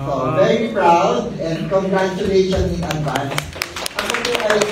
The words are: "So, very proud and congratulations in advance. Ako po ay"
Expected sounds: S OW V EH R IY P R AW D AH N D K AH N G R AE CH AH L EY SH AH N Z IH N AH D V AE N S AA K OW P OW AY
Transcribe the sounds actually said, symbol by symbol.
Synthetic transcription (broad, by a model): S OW V EH R IY P R AW D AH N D K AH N G R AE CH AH L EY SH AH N IH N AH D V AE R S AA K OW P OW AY